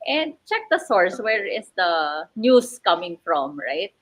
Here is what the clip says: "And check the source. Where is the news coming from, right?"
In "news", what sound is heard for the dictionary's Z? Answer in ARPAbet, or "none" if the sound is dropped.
S